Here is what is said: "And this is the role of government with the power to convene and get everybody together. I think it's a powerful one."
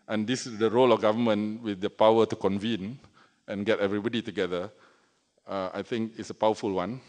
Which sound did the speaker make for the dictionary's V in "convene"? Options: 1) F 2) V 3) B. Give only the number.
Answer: 2